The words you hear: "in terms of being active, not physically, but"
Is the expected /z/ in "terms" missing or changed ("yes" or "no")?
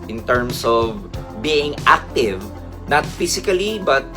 yes